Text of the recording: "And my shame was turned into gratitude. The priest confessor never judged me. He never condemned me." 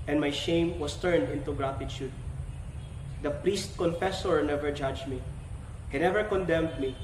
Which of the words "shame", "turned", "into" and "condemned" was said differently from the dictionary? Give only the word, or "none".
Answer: none